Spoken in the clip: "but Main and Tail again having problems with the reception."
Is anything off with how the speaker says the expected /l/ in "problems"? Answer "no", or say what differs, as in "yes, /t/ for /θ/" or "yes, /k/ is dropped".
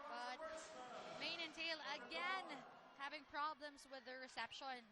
no